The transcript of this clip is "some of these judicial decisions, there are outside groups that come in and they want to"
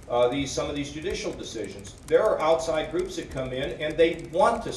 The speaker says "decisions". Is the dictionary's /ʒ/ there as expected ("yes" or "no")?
yes